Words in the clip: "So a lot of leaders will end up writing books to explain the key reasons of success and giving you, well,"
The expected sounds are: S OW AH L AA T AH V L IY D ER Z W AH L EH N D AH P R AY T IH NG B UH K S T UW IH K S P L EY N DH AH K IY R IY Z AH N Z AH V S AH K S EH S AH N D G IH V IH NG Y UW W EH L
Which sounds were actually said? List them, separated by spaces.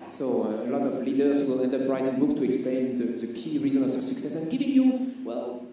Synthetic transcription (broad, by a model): S OW AH L AA T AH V L IY D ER S W AH L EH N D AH B R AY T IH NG B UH K T UW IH K S P L EY N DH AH K IY R IY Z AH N AH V S AH K S EH S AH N G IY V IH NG Y UW W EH L